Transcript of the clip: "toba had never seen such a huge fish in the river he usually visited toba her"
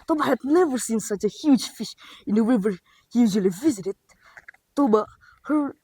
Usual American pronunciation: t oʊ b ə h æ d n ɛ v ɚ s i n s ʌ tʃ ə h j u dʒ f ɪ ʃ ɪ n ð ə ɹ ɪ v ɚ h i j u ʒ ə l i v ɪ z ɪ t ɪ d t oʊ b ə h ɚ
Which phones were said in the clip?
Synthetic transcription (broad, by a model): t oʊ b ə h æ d n ɛ v ɚ s i n s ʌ tʃ ə h j u dʒ f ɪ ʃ ɪ n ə w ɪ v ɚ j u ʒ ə l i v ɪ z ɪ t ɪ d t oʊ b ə h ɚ